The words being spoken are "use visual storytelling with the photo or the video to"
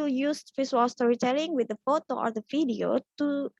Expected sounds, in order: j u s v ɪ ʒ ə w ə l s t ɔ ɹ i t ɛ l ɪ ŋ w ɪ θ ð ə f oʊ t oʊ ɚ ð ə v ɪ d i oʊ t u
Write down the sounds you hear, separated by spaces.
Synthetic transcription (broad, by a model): j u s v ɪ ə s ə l s t ɔ ɹ i t ɛ l ɪ ŋ w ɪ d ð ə f oʊ t oʊ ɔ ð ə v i d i oʊ t u